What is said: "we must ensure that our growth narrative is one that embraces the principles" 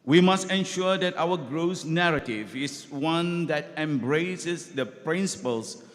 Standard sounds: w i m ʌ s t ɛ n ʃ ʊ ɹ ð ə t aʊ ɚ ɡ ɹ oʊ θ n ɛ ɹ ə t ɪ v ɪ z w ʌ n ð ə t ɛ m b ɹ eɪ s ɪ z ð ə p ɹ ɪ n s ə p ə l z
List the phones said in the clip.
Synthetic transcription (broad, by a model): w i m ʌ s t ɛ n ʃ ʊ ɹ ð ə t aʊ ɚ ɡ ɹ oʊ s n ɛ ɹ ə t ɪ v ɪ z w ʌ n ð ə t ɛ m b ɹ eɪ s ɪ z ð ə p ɹ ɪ n s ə p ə l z